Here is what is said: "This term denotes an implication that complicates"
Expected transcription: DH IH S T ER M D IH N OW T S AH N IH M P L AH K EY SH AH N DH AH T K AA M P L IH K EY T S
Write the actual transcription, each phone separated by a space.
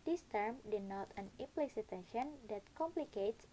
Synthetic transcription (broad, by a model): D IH S T ER M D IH N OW T AH N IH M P L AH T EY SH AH N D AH T K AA M P L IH K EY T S